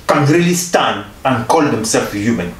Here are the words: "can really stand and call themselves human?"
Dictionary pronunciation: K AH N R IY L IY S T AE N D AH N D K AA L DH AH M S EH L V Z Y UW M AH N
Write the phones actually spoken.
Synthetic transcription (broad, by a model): K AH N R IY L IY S T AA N AH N K AA L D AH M S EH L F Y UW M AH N